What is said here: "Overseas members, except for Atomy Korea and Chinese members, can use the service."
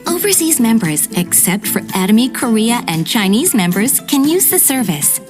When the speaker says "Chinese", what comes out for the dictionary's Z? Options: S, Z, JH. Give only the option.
Z